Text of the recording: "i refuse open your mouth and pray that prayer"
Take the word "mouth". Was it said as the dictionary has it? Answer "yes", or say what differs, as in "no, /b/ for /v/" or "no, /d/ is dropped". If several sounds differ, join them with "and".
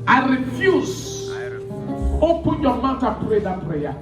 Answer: no, /t/ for /θ/